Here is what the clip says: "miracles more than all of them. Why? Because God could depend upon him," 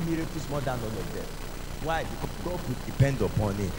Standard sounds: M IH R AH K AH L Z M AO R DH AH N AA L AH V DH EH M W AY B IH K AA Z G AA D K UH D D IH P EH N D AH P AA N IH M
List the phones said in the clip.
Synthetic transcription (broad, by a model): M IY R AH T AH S M AO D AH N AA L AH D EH W AY B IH K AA G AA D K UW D D IH P EH N D AH P AA N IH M